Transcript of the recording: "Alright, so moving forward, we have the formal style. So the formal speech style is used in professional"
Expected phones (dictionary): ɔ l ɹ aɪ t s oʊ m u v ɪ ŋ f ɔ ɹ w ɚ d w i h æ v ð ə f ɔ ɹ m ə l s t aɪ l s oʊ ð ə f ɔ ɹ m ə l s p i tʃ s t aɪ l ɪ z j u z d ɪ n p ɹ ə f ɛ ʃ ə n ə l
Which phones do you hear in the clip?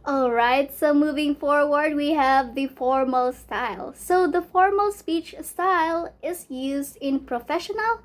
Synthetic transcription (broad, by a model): ɔ l ɹ aɪ t s oʊ m u v ɪ ŋ f ɔ ɹ w ɚ d w i h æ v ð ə f ɔ ɹ m ə l s t aɪ l s oʊ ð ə f ɔ ɹ m ə l s p i tʃ s t aɪ l ɪ z j u z d ɪ n p ɹ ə f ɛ ʃ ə n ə l